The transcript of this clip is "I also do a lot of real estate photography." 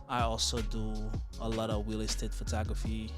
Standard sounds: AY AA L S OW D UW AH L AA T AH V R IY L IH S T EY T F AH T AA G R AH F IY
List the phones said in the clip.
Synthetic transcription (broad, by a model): AY AA L S OW D UW AH L AA T AH V W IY L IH S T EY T F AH T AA G R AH F IY